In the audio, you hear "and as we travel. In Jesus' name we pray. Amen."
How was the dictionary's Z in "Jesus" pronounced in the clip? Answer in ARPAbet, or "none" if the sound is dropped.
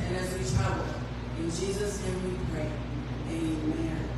Z